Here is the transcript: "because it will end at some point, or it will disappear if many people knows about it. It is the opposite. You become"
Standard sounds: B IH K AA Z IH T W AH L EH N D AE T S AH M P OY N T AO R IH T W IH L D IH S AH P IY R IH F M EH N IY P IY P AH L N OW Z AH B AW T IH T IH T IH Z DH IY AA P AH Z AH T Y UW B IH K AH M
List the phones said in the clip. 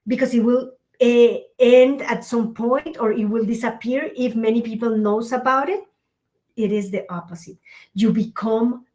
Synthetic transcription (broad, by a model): B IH K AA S IH T W AH L EH N D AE T S AH M P OY N T AO R IH T W IH L D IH S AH P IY R IH F M EH N IY P IY P AH L N OW S AH B AW T IH T IH T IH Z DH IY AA P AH S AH T Y UW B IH K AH M